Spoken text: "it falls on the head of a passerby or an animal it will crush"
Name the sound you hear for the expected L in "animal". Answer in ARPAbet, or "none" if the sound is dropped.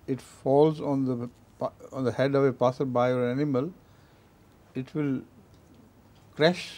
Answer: L